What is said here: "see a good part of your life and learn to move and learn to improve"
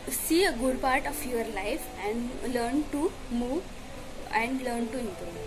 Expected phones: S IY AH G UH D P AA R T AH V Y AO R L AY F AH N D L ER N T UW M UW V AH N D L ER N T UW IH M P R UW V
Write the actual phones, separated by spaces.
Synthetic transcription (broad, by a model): S IY AH G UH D P AA R T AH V Y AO R L AY F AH N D L ER N T UW M UW V AH N D L ER N T UW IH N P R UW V